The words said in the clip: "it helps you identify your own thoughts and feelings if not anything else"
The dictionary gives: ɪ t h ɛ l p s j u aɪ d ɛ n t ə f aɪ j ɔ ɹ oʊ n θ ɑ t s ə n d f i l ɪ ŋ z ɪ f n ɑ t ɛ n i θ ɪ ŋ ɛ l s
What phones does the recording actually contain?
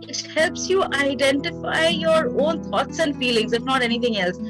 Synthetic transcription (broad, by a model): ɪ t h ɛ l p s j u aɪ d ɛ n t ə f aɪ j ɔ ɹ oʊ n t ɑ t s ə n f i l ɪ ŋ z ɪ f n ɑ t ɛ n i t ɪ ŋ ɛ l s